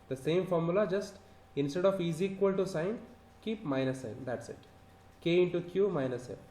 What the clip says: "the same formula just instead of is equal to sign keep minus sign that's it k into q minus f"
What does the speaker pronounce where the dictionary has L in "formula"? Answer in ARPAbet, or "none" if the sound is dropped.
L